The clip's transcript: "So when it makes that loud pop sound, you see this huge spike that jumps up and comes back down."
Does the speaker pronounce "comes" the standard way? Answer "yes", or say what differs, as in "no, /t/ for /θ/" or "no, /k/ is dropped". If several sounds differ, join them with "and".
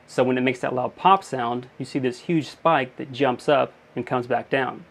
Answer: yes